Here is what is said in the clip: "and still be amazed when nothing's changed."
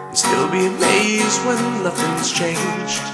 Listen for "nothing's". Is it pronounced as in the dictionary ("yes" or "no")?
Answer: no